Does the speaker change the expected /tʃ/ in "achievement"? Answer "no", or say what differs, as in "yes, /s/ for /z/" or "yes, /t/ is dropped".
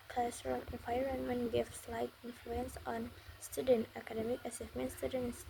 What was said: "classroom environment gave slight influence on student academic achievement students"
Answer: yes, /s/ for /tʃ/